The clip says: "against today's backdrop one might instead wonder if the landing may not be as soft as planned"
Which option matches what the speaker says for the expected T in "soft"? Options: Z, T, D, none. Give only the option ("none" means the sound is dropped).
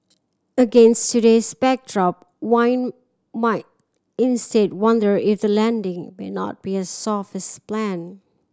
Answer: none